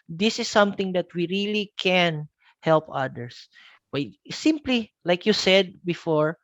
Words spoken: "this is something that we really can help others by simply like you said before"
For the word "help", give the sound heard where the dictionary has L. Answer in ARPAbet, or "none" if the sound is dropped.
L